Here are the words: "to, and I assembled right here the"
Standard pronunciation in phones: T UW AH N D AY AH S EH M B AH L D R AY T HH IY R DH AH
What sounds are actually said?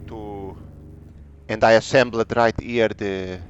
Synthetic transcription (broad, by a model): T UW AH N D AY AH S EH M B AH D R AY T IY R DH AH